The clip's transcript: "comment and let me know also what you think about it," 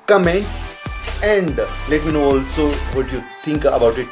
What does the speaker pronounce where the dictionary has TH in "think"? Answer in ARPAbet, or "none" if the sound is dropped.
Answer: T